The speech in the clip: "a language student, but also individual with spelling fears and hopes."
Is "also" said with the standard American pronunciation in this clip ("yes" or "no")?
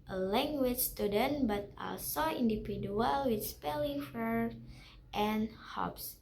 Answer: yes